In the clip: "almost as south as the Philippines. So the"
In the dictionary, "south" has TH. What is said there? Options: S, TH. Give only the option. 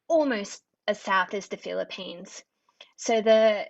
TH